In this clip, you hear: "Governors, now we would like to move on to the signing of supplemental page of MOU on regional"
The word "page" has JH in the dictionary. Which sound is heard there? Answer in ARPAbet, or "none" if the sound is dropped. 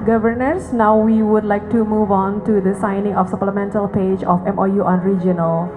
JH